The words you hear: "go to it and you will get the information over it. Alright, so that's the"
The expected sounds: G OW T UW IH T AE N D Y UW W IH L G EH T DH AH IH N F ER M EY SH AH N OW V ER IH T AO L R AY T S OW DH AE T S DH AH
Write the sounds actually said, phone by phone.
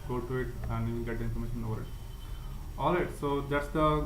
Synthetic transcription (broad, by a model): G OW T UW IH T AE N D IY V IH N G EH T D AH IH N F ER M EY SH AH N OW V ER IH T AO L IH T S OW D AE T S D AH